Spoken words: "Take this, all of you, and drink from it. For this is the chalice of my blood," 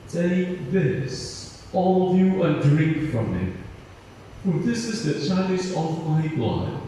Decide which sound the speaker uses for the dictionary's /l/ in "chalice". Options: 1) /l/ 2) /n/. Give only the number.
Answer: 2